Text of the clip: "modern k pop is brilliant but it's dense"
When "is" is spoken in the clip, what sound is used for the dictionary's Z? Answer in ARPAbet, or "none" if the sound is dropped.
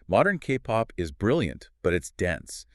Z